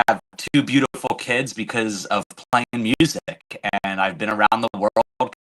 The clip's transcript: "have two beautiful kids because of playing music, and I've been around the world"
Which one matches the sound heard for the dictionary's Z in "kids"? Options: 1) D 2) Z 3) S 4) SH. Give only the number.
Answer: 2